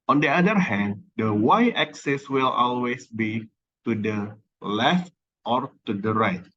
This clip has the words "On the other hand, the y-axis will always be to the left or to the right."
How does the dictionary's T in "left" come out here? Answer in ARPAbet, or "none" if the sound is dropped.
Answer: T